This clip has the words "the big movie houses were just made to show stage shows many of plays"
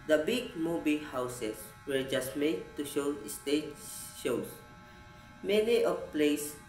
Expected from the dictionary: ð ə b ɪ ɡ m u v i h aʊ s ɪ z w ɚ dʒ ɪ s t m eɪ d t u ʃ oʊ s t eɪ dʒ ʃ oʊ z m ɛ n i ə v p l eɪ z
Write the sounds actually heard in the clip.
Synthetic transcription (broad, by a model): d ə b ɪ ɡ m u b i h aʊ s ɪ s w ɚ dʒ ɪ s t m eɪ d t u ʃ oʊ s t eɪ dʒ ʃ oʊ s m ɛ n i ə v p l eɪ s